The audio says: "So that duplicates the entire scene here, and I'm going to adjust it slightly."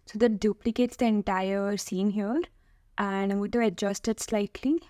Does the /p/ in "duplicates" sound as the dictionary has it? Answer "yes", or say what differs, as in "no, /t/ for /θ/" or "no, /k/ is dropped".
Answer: yes